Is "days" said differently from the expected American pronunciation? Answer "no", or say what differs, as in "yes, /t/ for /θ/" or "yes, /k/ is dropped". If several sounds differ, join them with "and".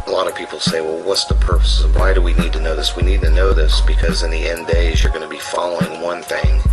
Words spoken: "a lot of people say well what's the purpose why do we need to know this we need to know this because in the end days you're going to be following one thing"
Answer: no